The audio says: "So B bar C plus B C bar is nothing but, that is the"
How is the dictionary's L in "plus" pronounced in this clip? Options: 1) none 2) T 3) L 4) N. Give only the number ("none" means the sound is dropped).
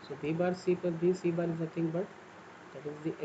1